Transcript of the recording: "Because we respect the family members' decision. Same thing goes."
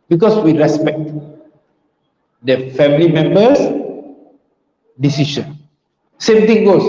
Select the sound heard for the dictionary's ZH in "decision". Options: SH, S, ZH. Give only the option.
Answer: SH